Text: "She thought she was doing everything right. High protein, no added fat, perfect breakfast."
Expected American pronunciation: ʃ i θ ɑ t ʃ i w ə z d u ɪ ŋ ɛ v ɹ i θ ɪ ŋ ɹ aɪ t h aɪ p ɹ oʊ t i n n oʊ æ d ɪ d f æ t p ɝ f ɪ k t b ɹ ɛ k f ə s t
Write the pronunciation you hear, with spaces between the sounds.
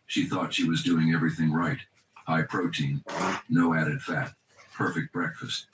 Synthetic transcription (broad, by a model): ʃ i θ ɑ t ʃ i w ə z d u ɪ ŋ ɛ v ɹ i θ ɪ ŋ ɹ aɪ t h aɪ p ɹ oʊ t i n n oʊ æ d ɪ d f æ t p ɝ f ɪ k t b ɹ ɛ k f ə s t